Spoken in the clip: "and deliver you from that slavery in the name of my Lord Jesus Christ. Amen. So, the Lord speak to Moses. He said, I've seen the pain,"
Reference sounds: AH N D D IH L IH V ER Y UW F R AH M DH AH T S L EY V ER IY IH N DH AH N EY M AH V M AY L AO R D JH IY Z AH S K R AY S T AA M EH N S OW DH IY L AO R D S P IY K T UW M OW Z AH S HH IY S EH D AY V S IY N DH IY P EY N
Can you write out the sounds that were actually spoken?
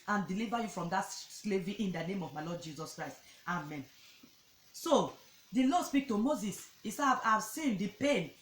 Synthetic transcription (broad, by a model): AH N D D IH L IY V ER Y UW F R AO M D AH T S L EY V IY IH N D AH N EY M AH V M AY L AO D JH IY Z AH S K R AY S T AA M EH N S OW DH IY L AO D S P IY K T UW M OW Z AH S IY S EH AY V S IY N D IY P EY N